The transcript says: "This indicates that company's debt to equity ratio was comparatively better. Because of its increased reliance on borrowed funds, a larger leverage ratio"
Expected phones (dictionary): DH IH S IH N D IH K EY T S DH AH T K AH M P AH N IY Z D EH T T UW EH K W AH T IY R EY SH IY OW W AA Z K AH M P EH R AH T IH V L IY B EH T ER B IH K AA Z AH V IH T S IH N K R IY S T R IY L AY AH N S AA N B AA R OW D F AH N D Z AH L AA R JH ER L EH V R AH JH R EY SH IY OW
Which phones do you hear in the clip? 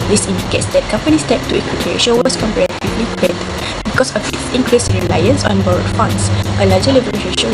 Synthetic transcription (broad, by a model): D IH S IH N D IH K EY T S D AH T K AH M P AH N IY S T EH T T UW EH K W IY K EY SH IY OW W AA S K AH M P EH R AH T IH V L IY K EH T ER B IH K AA S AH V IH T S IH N K R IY S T R IY L AY AH N S AA N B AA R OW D F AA N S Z AH L AA JH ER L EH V AH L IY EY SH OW